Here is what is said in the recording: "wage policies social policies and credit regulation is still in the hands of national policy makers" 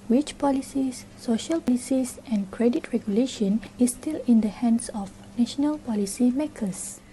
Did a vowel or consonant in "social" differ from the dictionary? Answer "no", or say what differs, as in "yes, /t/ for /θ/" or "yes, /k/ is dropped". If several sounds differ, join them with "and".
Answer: no